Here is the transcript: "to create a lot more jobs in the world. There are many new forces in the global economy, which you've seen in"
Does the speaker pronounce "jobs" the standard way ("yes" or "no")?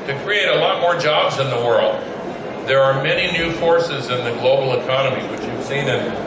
yes